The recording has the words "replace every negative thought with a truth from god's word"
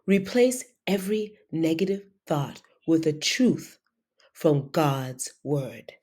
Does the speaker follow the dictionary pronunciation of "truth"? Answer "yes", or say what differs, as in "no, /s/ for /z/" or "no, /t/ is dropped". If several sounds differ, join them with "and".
yes